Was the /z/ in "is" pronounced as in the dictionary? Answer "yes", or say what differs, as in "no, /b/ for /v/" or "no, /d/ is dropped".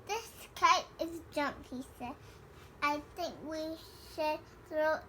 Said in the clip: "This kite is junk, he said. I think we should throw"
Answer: yes